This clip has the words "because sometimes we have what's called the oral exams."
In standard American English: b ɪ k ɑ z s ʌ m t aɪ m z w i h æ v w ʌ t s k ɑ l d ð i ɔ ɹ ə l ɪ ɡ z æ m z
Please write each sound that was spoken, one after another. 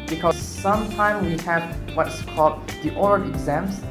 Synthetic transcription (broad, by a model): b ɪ k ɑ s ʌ m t aɪ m w i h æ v w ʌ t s k ɑ l d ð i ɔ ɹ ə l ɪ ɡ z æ m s